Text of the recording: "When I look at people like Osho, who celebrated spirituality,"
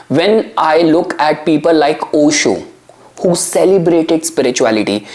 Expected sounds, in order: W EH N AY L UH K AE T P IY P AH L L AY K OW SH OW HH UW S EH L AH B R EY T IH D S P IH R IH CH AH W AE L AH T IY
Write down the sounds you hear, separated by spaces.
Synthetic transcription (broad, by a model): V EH N AY L UH K AE T P IY P AH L L AY K OW SH OW HH UW S EH L AH B R EY T IH D S P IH R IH CH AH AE L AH T IY